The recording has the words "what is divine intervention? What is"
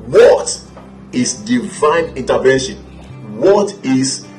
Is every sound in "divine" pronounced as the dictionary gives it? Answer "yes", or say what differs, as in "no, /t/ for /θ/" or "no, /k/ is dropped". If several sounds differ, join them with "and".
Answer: yes